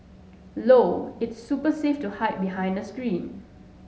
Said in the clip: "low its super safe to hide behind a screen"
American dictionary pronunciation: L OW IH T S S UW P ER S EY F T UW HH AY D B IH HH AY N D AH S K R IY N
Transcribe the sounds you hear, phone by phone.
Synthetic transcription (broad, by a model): L OW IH T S S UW P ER S EY F T UW HH AY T B IH HH AY N D AH S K R IY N